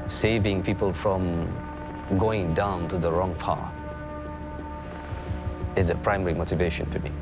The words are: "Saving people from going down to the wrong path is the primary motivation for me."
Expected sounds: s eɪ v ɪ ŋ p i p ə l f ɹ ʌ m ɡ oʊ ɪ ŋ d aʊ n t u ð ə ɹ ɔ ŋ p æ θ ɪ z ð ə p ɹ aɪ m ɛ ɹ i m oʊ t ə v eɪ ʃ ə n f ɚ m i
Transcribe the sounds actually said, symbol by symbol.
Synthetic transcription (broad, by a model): s eɪ v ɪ ŋ p i p ə l f ɹ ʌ m ɡ oʊ ɪ ŋ d aʊ n t u ð ə ɹ ɔ ŋ p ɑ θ ɪ z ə p ɹ aɪ m ɛ ɹ i m oʊ t ə v eɪ ʃ ə n f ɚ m i